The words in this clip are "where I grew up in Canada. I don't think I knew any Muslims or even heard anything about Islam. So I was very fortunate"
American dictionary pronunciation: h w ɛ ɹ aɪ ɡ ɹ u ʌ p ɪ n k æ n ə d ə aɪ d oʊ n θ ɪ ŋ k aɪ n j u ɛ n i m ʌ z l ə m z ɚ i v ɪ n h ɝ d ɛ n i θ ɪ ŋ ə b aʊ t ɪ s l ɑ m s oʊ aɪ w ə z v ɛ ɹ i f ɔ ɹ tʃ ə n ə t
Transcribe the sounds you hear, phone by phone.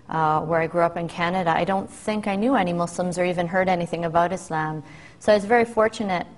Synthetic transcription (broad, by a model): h w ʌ ɹ aɪ ɡ ɹ u ʌ p ɪ n k æ n ə d ə aɪ d oʊ n θ ɪ ŋ k aɪ n j u ɛ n i m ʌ s l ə m z ɚ i v ɪ n h ɝ d ɛ n i θ ɪ ŋ ə b aʊ t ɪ s l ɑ m s oʊ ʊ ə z v ɛ ɹ i f ɔ ɹ tʃ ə n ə t